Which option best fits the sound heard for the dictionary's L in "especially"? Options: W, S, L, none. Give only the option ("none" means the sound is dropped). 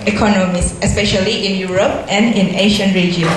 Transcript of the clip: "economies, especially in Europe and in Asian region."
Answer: L